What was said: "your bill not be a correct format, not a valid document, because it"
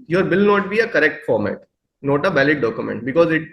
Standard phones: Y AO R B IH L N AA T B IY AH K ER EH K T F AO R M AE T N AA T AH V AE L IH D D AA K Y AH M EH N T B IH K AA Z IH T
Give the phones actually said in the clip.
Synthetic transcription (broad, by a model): Y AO R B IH L N AA T B IY AH K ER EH K T F AO R M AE T N AA T AH B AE L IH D D AA K Y AH M EH N T B IH K AA Z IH T